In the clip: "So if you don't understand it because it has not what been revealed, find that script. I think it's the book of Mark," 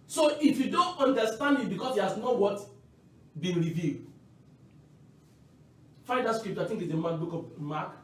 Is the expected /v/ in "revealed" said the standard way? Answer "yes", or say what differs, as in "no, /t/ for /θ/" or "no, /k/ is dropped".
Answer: yes